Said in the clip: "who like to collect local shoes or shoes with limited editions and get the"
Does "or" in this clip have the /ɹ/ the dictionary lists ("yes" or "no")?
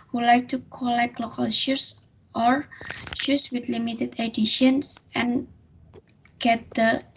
yes